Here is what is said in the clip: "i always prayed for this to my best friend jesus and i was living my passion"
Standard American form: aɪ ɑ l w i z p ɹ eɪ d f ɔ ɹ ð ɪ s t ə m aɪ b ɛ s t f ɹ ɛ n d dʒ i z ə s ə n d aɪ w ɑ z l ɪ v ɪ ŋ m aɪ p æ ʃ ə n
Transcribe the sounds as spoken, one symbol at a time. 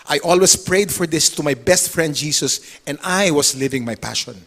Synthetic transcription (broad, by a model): aɪ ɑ l w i s p ɹ eɪ d f ɔ ɹ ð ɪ s t ə m aɪ b ɛ s t f ɹ ɛ n d dʒ i s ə s ə n d aɪ w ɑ s l ɪ v ɪ ŋ m aɪ p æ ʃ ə n